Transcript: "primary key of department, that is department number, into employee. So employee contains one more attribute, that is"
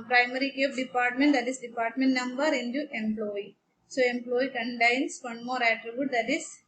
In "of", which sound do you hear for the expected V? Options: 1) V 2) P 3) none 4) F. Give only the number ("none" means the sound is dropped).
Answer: 2